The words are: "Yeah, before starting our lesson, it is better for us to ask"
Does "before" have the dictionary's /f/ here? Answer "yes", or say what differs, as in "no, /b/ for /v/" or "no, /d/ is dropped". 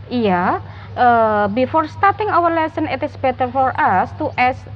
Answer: yes